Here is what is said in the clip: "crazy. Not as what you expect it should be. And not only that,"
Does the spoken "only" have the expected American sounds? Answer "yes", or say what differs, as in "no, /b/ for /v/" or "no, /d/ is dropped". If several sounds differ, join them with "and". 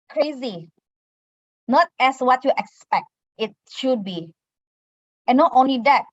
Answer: yes